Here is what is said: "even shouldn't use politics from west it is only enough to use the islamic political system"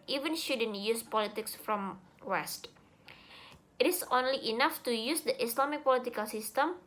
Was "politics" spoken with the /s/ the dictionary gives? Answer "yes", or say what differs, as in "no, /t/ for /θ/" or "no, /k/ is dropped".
yes